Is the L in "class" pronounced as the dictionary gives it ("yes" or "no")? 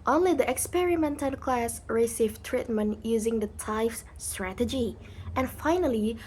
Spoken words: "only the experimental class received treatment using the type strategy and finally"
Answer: yes